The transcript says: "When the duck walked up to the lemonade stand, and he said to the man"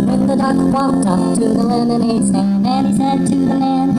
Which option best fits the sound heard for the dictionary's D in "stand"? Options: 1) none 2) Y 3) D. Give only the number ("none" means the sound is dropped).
1